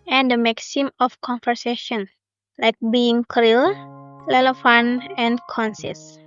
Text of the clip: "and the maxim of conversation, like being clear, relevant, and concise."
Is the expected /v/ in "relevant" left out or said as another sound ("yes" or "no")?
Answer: yes